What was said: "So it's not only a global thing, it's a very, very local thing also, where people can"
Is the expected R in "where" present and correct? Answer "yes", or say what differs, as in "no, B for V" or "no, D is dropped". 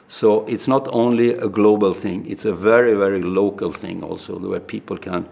no, W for R